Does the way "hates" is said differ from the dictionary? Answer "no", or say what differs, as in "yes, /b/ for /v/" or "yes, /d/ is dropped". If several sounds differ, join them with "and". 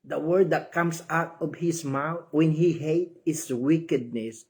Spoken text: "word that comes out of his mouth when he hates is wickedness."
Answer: yes, /s/ is dropped